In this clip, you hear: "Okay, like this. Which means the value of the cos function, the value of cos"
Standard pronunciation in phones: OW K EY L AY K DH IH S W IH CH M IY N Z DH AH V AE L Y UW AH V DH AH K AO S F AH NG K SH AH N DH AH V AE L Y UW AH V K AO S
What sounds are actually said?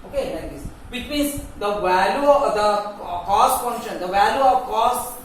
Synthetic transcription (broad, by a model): OW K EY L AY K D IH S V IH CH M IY Z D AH V AE L Y UW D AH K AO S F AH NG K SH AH N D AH V AE L Y UW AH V K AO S